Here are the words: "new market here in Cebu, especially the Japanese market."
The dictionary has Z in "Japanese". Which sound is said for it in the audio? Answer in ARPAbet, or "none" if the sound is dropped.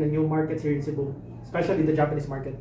S